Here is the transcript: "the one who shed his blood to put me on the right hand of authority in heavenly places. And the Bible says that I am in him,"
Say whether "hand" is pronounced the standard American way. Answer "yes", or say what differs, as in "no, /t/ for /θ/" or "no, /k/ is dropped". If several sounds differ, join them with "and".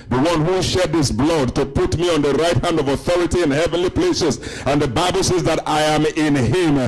yes